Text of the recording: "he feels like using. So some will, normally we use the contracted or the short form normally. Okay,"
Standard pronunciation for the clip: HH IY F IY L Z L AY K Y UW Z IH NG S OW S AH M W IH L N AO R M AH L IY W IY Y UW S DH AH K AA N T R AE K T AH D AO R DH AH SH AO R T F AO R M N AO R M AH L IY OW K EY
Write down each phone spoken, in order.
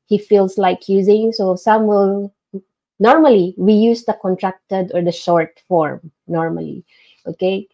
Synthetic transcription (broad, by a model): HH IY F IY L S L AY K Y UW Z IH NG S OW S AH M W IH L N AO R M AH L IY W IY Y UW S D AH K AA N T R AE K T AH D AO R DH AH SH AO R T F AO R M N AO R M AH L IY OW K EY